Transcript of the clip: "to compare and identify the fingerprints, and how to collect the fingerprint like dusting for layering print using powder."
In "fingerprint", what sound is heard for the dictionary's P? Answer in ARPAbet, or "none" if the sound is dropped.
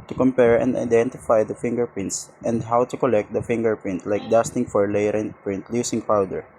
P